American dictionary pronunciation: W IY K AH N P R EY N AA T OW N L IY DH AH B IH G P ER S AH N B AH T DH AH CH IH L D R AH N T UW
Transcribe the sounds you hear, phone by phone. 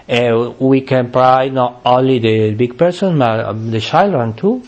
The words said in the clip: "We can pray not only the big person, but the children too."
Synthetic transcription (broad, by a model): W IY K AH N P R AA N AA T OW N L IY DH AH B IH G P ER S AH N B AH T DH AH SH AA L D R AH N T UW